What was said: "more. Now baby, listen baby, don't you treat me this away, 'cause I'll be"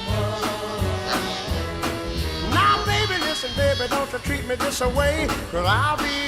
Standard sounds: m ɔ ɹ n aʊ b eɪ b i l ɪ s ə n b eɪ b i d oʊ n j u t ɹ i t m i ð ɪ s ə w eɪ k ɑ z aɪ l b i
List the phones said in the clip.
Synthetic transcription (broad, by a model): n aʊ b eɪ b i l ɪ s ə n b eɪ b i d oʊ n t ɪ t ɹ i t m i ð ɪ s ə w eɪ k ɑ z aɪ l b i